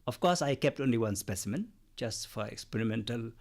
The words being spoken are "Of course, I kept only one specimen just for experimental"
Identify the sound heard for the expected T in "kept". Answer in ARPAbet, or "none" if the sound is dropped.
T